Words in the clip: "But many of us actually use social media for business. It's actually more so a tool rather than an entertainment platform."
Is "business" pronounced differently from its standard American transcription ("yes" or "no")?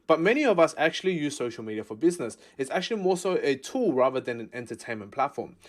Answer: no